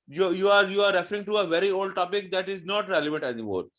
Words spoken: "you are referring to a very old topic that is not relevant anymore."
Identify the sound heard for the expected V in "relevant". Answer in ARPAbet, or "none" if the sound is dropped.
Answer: V